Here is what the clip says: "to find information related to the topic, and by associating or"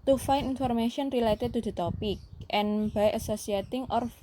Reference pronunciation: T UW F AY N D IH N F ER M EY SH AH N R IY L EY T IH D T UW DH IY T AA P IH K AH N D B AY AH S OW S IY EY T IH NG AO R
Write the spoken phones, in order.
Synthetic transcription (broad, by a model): T UW F AY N IH N F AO M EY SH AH N R IY L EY T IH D T UW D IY T AA P IH K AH N B AY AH S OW S IY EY T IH NG AO R